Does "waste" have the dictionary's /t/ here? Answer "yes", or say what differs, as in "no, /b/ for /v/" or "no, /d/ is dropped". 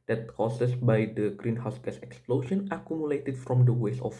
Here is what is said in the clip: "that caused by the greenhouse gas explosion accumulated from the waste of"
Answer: no, /t/ is dropped